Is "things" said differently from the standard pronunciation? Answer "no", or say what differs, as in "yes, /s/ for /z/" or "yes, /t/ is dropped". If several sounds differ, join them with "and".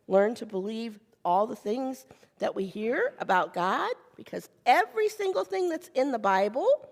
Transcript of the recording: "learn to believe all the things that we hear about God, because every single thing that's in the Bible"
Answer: no